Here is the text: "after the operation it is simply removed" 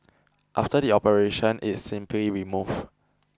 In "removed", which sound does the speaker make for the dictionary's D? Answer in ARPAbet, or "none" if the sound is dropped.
none